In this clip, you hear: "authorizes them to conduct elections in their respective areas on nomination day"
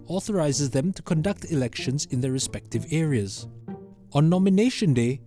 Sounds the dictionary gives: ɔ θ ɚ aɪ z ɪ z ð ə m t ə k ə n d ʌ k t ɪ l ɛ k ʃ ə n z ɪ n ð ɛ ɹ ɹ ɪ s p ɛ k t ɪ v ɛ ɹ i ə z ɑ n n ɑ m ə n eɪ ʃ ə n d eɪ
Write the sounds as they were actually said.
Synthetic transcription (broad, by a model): ɔ θ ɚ aɪ z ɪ z ð ə m t ə k ə n d ʌ k t ɪ l ɛ k ʃ ə n z ɪ n ð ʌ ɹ ɹ ɪ s p ɛ k t ɪ v ɛ ɹ i ə z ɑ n n ɑ m ə n eɪ ʃ ə n d eɪ